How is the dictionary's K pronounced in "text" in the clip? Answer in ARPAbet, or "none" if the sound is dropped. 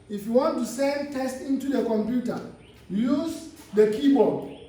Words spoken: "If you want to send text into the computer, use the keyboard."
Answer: none